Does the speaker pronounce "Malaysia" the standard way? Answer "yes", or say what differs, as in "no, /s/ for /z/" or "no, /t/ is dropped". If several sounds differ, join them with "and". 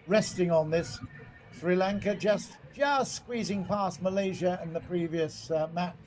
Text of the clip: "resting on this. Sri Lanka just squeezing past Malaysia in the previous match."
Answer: yes